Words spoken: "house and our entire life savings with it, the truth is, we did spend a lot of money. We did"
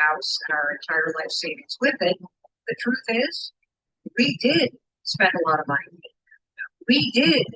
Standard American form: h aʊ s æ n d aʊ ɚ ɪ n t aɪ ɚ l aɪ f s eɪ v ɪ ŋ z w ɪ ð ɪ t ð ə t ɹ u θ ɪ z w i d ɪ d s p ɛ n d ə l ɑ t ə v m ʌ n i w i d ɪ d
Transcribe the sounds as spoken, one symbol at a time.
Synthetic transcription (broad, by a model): aʊ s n aʊ ɚ ɪ n t aɪ ɚ l aɪ f s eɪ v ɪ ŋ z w ɪ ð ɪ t ð ə t ɹ u θ ɪ z w i d ɪ d s p ɛ n d ə l ɑ t ə v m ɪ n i w i d ɪ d